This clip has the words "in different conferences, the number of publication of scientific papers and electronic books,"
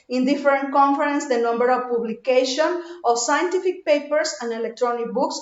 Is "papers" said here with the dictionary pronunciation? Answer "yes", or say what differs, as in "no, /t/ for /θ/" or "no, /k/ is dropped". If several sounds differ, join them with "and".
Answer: no, /s/ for /z/